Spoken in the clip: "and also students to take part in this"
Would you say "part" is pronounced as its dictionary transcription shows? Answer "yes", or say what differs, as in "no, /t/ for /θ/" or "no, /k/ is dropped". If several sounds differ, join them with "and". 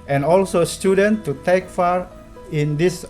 no, /f/ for /p/